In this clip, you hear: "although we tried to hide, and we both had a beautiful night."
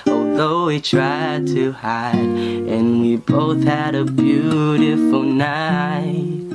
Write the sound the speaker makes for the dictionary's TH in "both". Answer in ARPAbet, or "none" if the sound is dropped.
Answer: TH